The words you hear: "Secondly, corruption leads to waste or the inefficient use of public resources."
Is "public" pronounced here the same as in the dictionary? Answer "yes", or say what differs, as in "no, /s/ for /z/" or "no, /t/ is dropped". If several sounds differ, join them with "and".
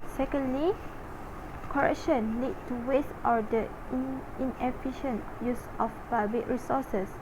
no, /l/ is dropped